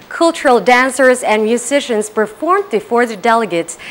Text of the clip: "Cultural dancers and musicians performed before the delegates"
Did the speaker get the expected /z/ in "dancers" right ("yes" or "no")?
yes